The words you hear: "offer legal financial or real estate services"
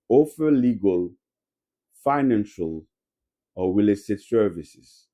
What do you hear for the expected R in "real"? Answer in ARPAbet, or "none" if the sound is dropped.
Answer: W